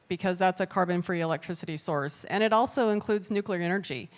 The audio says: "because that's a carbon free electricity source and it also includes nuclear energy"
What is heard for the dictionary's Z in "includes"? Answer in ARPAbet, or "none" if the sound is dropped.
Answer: Z